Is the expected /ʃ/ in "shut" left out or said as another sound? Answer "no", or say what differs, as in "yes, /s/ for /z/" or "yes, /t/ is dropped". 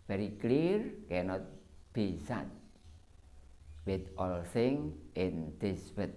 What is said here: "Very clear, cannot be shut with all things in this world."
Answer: yes, /s/ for /ʃ/